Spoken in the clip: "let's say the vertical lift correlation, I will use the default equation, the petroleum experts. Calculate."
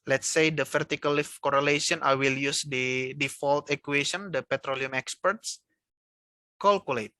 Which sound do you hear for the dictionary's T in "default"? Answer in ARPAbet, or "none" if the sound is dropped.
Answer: T